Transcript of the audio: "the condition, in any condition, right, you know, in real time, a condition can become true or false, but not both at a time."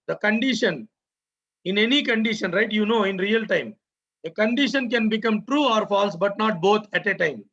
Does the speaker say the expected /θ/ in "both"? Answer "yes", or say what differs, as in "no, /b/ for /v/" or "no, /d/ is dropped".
no, /t/ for /θ/